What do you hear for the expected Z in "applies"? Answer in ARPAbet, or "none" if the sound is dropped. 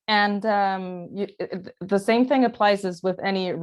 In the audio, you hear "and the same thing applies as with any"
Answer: Z